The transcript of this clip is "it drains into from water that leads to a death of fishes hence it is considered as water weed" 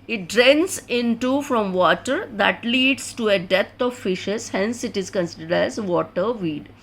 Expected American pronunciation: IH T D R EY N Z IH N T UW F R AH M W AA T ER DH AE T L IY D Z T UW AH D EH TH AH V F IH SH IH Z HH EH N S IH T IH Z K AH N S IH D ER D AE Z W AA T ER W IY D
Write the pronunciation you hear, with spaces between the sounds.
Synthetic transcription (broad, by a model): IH T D R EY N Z IH N T UW F R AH M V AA T ER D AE T L IY D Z T UW AH D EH T AH V F IH SH IH Z HH EH N S IH T IH Z K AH N S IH D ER D AE Z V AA T ER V IY D